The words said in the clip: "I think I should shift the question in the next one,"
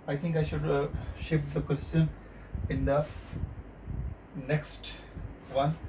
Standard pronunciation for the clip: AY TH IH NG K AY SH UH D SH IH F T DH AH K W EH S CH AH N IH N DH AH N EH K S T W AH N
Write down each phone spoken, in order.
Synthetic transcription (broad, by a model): AY T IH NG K AY SH UH D SH IH F T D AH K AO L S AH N IH N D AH N EH K S T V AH N